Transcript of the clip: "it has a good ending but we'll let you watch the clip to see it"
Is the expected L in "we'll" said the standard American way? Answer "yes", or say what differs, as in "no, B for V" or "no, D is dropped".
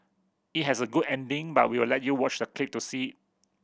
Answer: no, W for L